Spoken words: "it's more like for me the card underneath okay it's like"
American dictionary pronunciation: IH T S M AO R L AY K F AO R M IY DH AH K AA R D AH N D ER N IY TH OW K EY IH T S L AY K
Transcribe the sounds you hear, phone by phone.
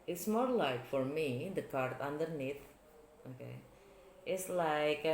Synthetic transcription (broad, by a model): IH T S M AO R L AY K F AO R M IY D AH K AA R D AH N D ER N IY T OW K EY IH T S L AY K